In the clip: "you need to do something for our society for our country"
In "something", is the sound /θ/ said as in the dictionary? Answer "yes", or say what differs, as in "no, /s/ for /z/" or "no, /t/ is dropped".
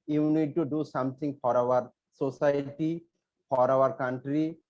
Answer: no, /t/ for /θ/